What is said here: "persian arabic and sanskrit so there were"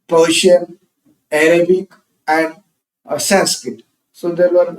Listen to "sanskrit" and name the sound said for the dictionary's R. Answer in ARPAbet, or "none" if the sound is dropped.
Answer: none